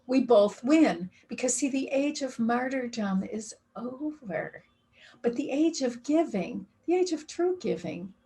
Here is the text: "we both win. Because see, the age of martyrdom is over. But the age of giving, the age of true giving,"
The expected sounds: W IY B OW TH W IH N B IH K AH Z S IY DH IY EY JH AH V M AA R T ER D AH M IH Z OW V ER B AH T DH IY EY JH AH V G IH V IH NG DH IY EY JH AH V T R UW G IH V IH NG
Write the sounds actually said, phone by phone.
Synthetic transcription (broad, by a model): W IY B OW TH W IH N B IH K AH Z S IY DH IY EY JH AH V M AA R T ER D AH M IH Z OW V ER B AH T DH IY EY JH AH V G IH V IH NG DH IY EY JH AH V T R UW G IH V IH NG